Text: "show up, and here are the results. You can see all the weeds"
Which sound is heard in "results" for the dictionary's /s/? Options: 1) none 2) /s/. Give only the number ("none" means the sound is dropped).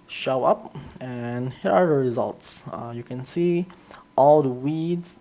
2